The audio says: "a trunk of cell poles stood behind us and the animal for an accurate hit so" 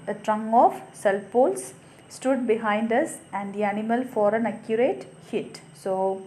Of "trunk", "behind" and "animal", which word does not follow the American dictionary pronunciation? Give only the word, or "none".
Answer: trunk